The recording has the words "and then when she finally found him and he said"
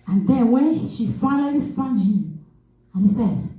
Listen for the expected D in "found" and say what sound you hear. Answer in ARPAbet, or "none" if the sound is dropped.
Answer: none